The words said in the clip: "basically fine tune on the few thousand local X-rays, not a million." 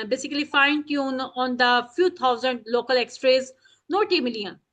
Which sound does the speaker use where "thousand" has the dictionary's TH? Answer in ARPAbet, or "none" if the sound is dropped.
T